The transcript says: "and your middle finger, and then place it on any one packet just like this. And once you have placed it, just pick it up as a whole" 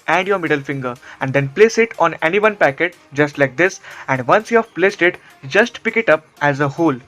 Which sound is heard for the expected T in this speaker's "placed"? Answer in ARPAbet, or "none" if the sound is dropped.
T